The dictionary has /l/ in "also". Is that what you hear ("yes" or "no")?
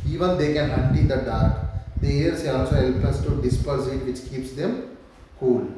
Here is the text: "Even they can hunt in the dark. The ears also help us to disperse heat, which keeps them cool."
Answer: no